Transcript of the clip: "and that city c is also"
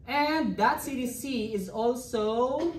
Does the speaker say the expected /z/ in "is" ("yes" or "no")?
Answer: yes